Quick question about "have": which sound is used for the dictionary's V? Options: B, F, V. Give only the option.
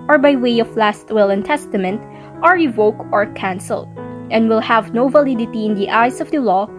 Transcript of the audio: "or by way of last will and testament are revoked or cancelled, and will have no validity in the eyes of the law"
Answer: V